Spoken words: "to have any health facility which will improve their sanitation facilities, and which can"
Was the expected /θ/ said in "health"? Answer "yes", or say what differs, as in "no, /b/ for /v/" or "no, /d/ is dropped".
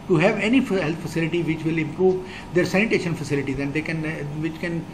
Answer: no, /t/ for /θ/